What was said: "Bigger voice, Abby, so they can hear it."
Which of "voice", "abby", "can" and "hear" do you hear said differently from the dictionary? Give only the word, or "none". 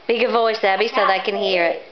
none